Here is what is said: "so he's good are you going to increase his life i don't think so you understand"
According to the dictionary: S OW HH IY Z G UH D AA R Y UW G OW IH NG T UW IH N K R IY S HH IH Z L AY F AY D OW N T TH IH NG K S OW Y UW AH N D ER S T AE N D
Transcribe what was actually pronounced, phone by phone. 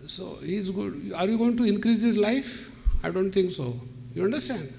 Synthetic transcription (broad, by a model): S OW HH IY Z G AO AA R Y UW G OW IH NG T UW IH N K R IY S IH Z L AY F AY D OW N T T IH NG K S OW Y UW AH N D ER S T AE N D